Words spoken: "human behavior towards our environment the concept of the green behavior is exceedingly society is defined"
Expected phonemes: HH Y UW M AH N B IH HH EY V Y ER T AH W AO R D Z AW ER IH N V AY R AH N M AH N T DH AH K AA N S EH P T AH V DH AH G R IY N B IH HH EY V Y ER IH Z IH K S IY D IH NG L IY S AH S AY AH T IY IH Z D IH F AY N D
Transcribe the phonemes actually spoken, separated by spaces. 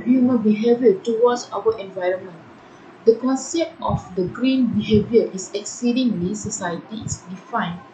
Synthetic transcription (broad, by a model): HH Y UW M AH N B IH HH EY V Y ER T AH W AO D S AW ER IH N V AY R AH N M AH N T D AH K AA N S EH P T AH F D AH G R IY N B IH HH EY V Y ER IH S IH K S IY D IH NG L IY S AH S AY AH T IY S D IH F AY N